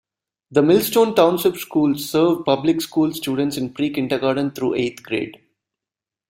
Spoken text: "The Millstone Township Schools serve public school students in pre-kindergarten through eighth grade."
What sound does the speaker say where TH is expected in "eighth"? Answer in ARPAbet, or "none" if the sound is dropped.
T